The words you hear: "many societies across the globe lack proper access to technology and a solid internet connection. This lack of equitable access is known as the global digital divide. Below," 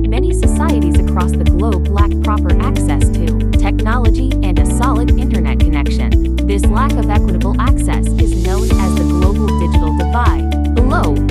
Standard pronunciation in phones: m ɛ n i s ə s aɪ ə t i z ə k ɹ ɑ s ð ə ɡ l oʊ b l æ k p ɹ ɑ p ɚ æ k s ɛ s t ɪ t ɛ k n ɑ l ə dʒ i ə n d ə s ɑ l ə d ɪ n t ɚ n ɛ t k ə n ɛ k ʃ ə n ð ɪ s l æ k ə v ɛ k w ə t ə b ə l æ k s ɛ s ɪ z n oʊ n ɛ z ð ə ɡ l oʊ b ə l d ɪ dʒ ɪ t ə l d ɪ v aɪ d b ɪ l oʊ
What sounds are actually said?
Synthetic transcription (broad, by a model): m ɛ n i s ə s aɪ ə t i z ə k ɹ ɑ s ð ə ɡ l oʊ b l æ k p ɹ ɑ p ɚ æ k s ɛ s t ɪ t ɛ k n ɑ l ə dʒ i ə n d ə s ɑ l ə d ɪ n t ɚ n ɛ t k ə n ɛ k ʃ ə n ð ɪ s l æ k ə v ɛ k w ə t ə b l æ k s ɛ s ɪ z n oʊ n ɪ z ð ə ɡ l oʊ b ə l d ɪ dʒ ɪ t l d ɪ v aɪ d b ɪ l oʊ